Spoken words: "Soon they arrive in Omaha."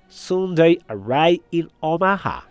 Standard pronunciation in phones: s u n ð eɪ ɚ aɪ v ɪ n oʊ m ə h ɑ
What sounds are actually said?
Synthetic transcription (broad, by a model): s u n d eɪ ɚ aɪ ɪ n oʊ m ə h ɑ